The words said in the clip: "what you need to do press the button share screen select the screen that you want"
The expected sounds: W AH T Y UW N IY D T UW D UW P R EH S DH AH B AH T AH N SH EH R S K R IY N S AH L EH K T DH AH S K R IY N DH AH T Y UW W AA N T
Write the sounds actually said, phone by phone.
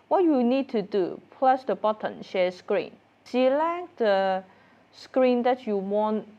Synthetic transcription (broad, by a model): W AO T Y UW N IY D T UW D UW P L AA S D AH B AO T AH N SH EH S K R IY N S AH L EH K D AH S K R IY N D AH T Y UW W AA N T